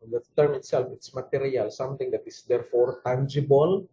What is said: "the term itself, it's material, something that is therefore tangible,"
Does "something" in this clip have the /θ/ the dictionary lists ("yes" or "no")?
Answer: no